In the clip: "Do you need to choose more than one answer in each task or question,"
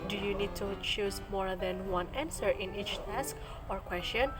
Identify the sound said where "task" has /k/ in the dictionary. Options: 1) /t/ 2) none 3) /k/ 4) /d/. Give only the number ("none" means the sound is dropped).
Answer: 3